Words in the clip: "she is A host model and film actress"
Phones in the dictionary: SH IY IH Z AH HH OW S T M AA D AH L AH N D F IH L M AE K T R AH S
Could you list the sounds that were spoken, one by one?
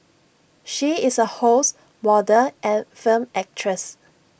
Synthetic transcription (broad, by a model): SH IY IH S AH HH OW S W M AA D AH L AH N F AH M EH K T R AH S